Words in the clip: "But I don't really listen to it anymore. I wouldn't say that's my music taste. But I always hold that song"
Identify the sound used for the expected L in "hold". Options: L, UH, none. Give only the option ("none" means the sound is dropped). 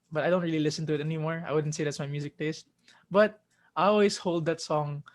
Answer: L